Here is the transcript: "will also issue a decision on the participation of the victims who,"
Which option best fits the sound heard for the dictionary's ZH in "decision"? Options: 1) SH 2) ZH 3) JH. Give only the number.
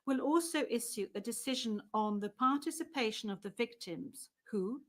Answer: 2